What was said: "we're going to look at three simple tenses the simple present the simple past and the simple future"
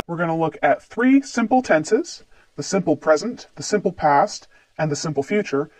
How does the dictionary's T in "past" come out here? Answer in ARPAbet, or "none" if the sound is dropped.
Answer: T